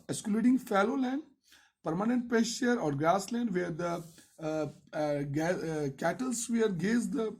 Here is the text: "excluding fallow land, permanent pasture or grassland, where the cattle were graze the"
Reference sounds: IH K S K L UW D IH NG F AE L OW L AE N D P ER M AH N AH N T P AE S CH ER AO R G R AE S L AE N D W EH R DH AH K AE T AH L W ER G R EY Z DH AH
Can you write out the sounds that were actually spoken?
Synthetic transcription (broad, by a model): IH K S K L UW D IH NG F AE L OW L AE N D P ER M AH N AH N T P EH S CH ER AO R G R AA S L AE N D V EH R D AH K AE T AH L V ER G EY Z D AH